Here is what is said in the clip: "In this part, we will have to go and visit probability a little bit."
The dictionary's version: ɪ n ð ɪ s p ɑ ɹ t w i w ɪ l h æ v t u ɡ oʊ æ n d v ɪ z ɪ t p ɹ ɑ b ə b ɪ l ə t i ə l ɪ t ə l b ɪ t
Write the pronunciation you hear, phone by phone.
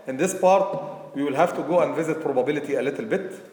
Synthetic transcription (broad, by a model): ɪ n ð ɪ s p ɑ ɹ t w i w ɪ l h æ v t u ɡ oʊ æ n d v ɪ z ɪ t p ɹ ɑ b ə b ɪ l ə t i ə l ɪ t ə l b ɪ t